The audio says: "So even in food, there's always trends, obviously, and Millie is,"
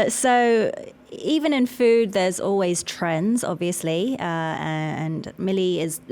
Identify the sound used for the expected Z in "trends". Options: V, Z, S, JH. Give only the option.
Z